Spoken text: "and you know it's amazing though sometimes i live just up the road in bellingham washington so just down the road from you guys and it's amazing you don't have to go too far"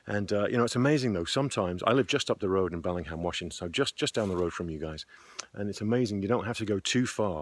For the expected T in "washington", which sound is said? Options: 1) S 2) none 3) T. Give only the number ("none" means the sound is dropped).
1